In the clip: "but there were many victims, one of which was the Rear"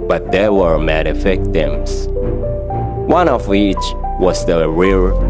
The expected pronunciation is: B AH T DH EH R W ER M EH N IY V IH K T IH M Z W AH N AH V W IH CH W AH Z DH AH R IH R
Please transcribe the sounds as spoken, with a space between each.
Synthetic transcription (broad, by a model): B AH T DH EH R W ER M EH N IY F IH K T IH M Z W AH N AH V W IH CH W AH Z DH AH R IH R